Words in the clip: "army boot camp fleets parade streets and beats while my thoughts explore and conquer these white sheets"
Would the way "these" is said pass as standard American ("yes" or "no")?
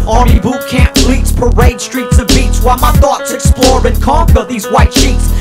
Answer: yes